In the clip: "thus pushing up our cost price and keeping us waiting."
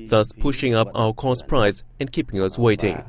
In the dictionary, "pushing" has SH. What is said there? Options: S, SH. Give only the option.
SH